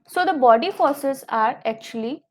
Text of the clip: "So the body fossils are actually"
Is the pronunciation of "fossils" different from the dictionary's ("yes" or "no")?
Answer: yes